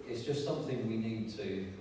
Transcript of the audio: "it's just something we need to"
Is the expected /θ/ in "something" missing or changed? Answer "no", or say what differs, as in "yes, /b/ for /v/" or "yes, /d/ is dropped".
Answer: no